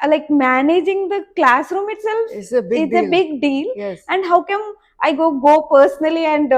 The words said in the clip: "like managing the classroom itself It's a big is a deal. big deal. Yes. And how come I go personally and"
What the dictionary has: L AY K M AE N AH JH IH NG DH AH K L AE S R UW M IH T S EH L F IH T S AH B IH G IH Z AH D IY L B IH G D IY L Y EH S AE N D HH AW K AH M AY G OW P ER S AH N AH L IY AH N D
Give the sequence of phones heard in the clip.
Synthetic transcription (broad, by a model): L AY K M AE N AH JH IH NG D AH K L AE S R UW M IH T S EH L F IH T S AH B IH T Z AH B IH G D IY L Y EH S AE N D HH AW K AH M AY G OW P ER S AH N AH L IY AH N D